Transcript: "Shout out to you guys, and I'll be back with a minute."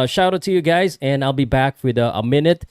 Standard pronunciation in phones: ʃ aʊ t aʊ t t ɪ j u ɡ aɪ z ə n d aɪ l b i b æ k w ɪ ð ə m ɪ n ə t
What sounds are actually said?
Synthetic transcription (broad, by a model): ʃ aʊ t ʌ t t ɪ j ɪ ɡ aɪ z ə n aɪ l b i b æ k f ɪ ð ə m ɪ n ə t